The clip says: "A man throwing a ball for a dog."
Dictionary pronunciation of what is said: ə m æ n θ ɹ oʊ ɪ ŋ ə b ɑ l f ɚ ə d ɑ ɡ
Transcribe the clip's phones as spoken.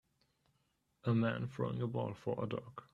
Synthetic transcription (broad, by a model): ə m æ n f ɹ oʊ ɪ ŋ ə b ɑ l f ɚ ə d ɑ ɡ